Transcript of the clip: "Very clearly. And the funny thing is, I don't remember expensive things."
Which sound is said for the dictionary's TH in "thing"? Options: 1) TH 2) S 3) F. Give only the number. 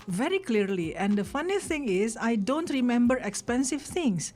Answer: 2